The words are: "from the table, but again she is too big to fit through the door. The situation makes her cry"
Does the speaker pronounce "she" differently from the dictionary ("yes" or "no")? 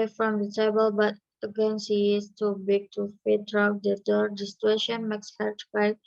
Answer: yes